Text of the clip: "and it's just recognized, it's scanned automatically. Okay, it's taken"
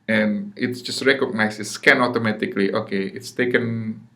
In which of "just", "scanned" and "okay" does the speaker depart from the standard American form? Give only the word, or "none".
scanned